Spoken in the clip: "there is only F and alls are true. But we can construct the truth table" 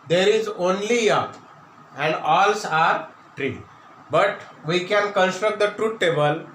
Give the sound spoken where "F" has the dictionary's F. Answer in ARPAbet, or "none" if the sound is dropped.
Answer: P